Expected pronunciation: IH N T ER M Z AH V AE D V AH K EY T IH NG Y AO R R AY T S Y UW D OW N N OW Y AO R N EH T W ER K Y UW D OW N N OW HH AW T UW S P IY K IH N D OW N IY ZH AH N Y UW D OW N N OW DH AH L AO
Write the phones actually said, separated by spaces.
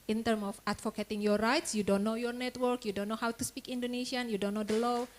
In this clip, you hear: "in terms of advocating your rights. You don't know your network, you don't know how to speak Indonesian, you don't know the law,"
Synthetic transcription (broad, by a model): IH N T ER M AH F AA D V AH K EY T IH NG Y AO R R AY T S Y UW D OW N N OW Y AO R N EH T W ER K Y UW D OW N N OW HH AW T UW S P IY K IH N D OW N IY S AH N Y UW D OW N N OW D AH L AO